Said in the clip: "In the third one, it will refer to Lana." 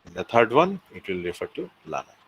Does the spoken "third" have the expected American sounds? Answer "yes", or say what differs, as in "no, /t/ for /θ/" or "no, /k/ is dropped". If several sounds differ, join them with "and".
no, /t/ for /θ/